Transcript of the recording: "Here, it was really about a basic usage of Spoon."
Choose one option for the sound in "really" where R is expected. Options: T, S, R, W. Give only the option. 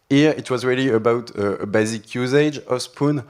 R